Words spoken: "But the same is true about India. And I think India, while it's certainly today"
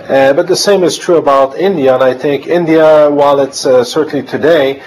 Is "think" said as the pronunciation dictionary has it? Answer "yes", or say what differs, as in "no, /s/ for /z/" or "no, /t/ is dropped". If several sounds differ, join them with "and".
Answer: yes